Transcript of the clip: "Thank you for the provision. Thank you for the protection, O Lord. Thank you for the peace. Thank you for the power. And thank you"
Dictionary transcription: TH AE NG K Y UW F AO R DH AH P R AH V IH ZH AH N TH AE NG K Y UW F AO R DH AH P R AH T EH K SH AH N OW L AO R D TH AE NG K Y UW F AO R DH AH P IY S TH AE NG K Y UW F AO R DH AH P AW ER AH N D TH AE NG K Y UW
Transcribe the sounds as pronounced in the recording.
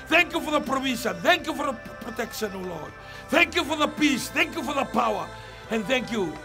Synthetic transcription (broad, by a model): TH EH NG K Y UW F AO R DH AH P R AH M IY S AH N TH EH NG K Y UW F AO R DH AH P R AH T EH K SH AH N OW L AO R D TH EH NG K Y UW F AO R DH AH P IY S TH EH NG K Y UW F AO R DH AH P AW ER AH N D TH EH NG K Y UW